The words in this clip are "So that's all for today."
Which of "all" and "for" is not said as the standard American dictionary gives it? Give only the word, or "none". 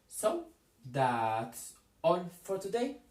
all